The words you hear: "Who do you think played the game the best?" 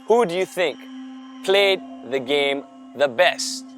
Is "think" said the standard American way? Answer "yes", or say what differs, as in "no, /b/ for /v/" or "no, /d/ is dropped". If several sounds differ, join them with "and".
yes